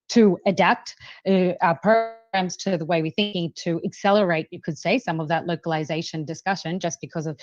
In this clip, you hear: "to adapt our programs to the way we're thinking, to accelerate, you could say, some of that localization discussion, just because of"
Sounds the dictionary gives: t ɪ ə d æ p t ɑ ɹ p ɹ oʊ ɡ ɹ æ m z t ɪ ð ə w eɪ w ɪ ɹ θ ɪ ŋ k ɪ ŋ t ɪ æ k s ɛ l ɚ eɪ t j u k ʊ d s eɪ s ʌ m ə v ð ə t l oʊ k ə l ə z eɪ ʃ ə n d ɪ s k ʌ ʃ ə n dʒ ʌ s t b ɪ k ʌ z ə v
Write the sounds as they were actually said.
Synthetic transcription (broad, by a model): t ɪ ə d æ p t p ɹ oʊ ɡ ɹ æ m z t ɪ ð ə w eɪ w ɪ ɹ θ ɪ ŋ k ɪ ŋ t ɪ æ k s ɛ l ɚ eɪ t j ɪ k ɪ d s eɪ s ʌ m ə v ð ə t l oʊ k ə l ə z eɪ ʃ ə n d ɪ s k ʌ ʃ ə n dʒ ʌ s b ɪ k ʌ z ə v